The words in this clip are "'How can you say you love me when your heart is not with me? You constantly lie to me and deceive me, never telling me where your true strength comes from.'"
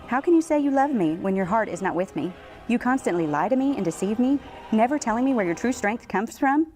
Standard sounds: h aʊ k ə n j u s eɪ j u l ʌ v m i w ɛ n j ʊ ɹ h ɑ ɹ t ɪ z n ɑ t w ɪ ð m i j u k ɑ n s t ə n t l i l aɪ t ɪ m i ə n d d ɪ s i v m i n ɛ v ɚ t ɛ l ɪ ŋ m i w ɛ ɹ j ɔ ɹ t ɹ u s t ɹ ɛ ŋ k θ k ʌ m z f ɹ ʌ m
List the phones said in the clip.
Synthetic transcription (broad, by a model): h aʊ k ə n j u s eɪ j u l ʌ v m i w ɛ n j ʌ ɹ h ɑ ɹ t ɪ z n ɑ t w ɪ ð m i j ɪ k ɑ n s t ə n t l i l aɪ t ɪ m i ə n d d ɪ s i v m i n ɛ v ɚ t ɛ l ɪ ŋ m i w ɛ ɹ j ɔ ɹ t ɹ u s t ɹ ɛ ŋ k θ k ʌ m z f ɹ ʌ m